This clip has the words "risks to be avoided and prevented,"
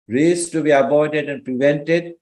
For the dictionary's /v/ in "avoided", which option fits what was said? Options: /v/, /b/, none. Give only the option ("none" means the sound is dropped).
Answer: /b/